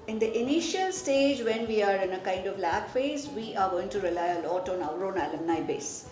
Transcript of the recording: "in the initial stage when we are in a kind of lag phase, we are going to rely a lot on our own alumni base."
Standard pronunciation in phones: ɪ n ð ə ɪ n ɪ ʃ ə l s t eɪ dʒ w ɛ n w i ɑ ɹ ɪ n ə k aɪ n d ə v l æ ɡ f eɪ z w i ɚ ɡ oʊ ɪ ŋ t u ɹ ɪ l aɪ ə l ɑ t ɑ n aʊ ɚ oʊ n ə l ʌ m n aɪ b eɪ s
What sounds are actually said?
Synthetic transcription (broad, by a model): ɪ n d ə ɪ n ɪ ʃ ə l s t eɪ dʒ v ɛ n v i ɑ ɹ ɪ n ə k aɪ n d ə v l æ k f eɪ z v i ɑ ɡ oʊ ɪ ŋ t u ɹ ɪ l aɪ ə l ɑ t ɑ n aʊ ɚ oʊ n ə l ʌ m n aɪ b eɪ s